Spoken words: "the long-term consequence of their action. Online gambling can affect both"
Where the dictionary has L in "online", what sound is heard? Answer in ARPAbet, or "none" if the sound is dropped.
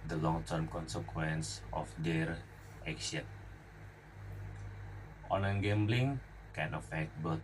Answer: none